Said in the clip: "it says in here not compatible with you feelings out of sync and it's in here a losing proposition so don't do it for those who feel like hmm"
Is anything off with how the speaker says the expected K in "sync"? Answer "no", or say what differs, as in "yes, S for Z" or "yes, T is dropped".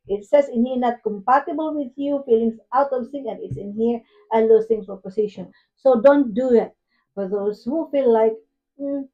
yes, K is dropped